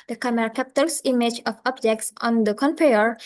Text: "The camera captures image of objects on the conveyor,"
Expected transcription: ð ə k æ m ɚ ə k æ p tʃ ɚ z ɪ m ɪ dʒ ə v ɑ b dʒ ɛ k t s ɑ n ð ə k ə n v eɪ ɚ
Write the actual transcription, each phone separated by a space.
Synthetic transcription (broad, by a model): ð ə k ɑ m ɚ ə k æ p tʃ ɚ s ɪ m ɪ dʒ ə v ɑ b dʒ ɛ k t s ɑ n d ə k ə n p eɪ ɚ